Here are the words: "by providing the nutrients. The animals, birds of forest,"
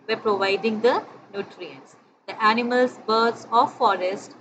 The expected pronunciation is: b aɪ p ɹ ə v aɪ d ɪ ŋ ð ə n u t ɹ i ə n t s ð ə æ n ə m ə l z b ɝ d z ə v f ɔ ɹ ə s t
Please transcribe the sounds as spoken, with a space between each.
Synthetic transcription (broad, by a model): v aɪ p ɹ ə v aɪ d ɪ ŋ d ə n u t ɹ i ə n t s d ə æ n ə m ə l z b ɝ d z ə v f ɔ ɹ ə s t